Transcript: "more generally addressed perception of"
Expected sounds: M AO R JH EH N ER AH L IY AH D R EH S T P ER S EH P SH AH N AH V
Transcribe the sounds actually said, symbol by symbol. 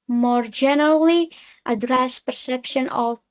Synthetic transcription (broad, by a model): M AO R JH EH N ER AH L IY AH D R EH S P ER S EH P SH AH N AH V